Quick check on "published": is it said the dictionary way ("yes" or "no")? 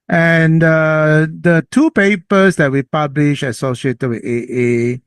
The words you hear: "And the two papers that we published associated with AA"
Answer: no